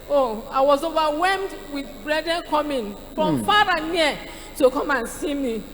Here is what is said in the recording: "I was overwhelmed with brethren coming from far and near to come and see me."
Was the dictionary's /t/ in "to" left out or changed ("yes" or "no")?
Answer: no